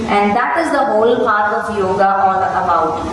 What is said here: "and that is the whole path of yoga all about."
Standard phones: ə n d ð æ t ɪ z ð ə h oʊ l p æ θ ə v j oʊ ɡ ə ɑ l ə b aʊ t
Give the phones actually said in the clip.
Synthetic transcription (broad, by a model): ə n d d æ t ɪ z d ə h oʊ l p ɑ t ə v j oʊ ɡ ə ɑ n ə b aʊ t